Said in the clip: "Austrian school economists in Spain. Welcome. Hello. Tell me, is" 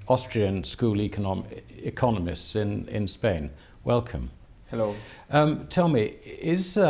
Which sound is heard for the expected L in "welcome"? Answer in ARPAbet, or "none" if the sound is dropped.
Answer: L